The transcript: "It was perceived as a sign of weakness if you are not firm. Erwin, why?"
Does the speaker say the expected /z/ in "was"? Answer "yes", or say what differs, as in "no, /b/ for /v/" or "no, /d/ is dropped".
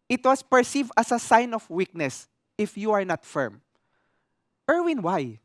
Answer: no, /s/ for /z/